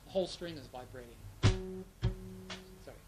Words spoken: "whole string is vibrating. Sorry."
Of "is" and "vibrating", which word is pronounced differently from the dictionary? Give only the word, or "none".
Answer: none